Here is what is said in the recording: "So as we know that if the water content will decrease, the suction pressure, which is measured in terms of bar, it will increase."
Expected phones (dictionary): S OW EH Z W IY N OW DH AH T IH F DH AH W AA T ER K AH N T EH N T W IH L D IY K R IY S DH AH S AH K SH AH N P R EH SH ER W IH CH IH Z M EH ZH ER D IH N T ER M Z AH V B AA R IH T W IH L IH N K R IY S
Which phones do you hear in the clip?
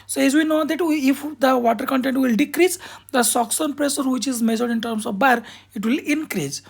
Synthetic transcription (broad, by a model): S OW EH Z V IY N OW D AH T IH F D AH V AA T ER K AH N T EH N T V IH L D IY K R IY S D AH S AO K S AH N P R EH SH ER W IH CH IH Z M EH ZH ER D IH N T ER M S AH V B AA R IH T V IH L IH N K R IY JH